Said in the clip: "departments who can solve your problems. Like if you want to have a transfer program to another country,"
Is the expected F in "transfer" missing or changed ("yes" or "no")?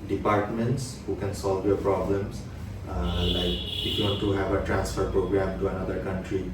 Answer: no